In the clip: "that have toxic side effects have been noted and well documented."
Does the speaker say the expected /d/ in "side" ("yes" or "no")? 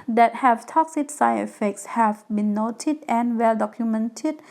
no